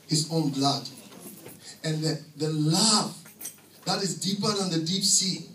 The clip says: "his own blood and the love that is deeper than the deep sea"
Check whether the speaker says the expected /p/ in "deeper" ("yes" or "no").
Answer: yes